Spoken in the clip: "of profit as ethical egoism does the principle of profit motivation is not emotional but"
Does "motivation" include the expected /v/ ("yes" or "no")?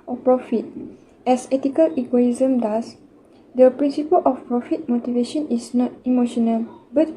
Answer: yes